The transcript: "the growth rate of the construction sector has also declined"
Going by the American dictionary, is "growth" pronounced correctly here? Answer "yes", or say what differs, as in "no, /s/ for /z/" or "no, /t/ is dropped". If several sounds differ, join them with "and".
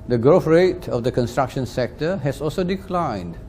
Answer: no, /f/ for /θ/